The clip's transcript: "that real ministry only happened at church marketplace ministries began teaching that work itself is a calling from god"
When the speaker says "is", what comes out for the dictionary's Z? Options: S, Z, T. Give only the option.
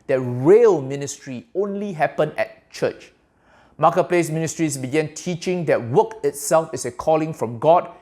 S